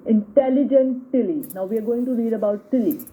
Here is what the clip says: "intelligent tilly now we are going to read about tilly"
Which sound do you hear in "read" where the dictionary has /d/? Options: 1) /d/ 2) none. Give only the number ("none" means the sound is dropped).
1